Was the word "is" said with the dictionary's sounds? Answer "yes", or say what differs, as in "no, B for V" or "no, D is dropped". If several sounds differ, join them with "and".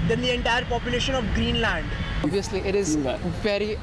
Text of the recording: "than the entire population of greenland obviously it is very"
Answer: yes